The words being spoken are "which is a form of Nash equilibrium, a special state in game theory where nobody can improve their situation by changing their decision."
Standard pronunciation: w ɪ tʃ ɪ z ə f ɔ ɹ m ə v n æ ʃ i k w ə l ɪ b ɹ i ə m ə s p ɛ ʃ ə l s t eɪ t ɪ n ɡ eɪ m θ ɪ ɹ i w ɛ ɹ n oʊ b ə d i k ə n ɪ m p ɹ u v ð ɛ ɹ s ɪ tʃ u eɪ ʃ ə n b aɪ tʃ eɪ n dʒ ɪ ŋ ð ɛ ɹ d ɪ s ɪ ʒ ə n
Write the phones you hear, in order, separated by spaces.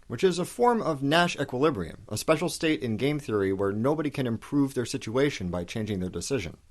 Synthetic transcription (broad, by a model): w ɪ tʃ ɪ z ə f ɔ ɹ m ə v n æ ʃ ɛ k w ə l ɪ b ɹ i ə m ə s p ɛ ʃ l s t eɪ t ɪ n ɡ eɪ m θ ɪ ɹ i w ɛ ɹ n oʊ b ə d i k ə n ɪ m p ɹ u v ð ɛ ɹ s ɪ tʃ u eɪ ʃ ə n b aɪ tʃ eɪ n dʒ ɪ ŋ ð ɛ ɹ d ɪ s ɪ ʒ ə n